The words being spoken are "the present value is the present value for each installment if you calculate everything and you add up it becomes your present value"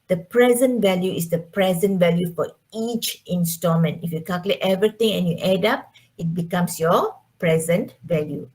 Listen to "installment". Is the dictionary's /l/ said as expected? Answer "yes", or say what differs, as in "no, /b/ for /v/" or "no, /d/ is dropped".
no, /l/ is dropped